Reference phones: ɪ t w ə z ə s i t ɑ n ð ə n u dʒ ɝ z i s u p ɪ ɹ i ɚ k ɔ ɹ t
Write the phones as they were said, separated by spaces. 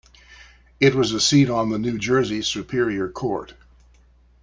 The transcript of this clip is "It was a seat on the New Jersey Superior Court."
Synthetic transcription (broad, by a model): ɪ t w ə z ə s i t n ð ə n u dʒ ɝ z i s u p ɪ ɹ i ɚ k ɔ ɹ t